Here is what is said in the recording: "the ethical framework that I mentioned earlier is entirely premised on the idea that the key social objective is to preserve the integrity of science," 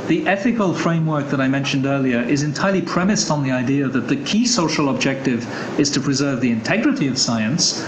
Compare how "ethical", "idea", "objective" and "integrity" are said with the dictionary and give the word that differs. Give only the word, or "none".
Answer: none